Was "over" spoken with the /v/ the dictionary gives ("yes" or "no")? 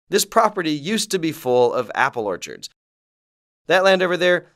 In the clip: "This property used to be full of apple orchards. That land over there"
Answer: yes